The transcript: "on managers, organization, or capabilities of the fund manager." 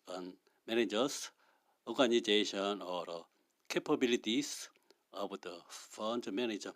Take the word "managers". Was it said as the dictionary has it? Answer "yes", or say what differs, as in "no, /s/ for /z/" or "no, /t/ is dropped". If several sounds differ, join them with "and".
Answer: no, /s/ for /z/